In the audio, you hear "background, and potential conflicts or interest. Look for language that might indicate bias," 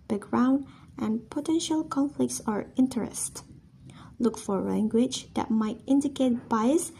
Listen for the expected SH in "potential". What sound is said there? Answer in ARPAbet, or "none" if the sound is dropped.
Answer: SH